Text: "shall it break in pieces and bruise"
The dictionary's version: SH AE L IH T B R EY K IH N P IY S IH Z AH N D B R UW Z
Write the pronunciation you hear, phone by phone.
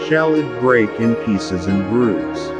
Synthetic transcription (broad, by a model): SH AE L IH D B R EY K IH N P IY S IH Z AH N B R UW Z